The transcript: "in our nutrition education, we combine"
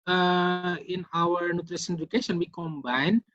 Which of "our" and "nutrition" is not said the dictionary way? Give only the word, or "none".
nutrition